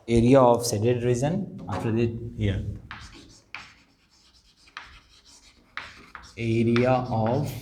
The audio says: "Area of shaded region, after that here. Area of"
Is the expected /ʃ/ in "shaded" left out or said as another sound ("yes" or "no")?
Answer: yes